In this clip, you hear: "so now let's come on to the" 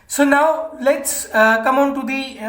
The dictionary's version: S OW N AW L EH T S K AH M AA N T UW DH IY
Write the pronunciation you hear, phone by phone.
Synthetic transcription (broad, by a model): S OW N AW L EH T S K AH M AA N T UW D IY